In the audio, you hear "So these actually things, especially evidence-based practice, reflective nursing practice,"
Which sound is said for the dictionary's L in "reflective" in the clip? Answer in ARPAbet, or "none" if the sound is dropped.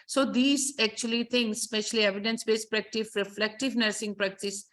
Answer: L